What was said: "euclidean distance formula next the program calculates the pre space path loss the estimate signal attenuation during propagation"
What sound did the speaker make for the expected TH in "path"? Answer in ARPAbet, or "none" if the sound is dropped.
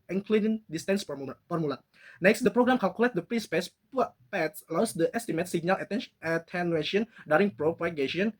S